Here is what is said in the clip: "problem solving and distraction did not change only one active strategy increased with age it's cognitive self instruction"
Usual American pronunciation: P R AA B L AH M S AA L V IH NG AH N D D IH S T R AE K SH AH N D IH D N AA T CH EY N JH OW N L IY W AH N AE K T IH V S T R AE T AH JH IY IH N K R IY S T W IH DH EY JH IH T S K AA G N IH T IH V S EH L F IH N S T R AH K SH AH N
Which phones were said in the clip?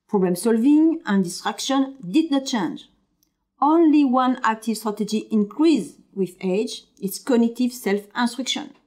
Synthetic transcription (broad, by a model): P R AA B L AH M S AA L V IH NG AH N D D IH S T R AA K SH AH N D IH D N AA T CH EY N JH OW N L IY W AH N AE K T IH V S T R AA T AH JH IY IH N K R IY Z W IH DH EY JH IH T S K AA G N IH T IH V S EH L F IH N S T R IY K SH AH N